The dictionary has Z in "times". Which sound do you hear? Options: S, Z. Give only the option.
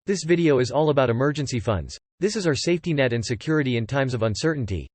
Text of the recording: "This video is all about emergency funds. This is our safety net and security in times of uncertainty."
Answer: Z